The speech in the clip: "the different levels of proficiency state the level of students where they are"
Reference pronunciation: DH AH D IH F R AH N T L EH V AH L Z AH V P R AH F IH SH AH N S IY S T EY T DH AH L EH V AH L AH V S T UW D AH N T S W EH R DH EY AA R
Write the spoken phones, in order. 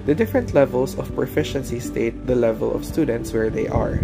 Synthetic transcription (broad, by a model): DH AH D IH F R AH N T L EH V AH L S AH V P R AH F IH SH AH N S IY S T EY T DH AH L EH V AH L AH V S T UW D AH N T S W EH R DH EY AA R